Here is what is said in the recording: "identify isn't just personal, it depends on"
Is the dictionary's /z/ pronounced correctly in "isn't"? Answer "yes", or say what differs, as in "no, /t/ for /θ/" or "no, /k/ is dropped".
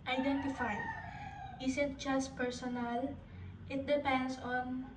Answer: no, /s/ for /z/